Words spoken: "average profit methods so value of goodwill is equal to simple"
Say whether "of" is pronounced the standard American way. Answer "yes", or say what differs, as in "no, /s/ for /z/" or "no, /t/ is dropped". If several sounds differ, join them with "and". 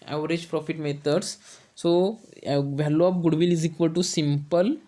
no, /p/ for /v/